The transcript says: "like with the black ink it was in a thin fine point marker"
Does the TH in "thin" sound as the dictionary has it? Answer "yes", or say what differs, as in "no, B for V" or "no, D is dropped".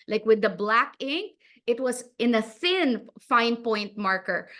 no, S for TH